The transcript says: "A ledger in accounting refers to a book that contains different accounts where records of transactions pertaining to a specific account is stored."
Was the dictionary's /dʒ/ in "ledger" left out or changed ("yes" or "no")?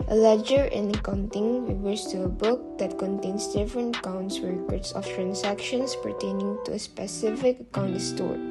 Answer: no